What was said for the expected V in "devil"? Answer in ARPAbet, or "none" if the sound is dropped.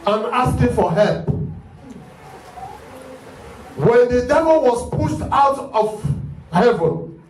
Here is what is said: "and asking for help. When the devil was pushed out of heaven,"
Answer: V